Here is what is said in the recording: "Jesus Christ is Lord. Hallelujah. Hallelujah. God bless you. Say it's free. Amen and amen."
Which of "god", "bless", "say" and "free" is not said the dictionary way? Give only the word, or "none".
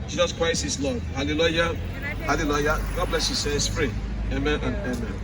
free